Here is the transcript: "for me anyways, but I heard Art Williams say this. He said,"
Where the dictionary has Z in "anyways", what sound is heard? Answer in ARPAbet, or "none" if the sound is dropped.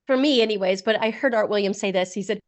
Z